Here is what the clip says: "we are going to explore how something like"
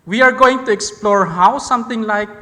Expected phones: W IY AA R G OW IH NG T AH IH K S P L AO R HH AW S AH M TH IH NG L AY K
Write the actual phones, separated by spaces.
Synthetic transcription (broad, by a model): W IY AA R G OW IH NG T AH IH K S P L AO R HH AW S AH M T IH NG L AY K